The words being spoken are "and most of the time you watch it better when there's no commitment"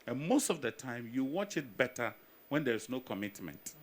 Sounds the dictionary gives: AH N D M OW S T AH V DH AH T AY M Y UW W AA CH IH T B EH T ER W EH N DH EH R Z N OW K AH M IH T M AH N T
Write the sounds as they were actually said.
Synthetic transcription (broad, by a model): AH N M OW S T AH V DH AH T AY M Y UW W AA CH IH T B EH T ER W EH N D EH R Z N OW K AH M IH T M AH N T